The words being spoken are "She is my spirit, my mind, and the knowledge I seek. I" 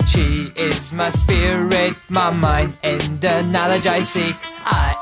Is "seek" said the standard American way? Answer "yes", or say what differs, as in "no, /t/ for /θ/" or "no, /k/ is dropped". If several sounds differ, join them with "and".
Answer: no, /k/ is dropped